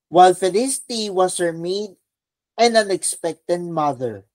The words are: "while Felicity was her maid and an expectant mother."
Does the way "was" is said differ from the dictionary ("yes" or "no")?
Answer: yes